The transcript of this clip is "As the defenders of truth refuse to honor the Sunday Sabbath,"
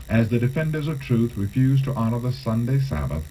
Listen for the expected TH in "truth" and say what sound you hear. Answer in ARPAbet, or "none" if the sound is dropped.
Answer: TH